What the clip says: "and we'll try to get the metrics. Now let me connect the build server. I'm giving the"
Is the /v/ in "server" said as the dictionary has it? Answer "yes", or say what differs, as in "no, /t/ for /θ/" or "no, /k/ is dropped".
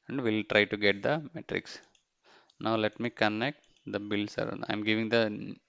no, /v/ is dropped